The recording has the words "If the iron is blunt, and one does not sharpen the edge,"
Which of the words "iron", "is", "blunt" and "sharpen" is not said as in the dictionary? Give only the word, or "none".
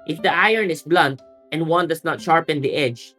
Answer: is